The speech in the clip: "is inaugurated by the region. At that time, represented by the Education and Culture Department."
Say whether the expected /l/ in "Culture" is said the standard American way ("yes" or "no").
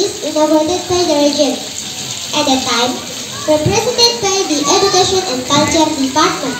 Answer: no